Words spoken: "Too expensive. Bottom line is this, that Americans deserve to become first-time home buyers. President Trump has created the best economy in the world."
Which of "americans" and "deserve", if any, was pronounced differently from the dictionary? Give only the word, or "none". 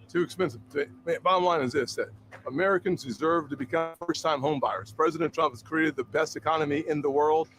none